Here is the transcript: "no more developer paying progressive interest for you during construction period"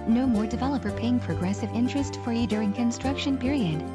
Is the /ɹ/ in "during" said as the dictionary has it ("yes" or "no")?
yes